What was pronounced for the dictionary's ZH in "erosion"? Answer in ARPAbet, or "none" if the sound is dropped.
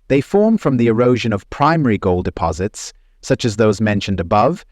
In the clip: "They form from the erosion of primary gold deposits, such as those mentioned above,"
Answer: ZH